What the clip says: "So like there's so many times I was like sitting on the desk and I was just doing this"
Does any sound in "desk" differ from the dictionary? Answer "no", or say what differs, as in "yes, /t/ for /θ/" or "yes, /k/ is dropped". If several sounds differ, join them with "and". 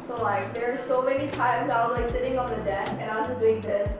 yes, /s/ is dropped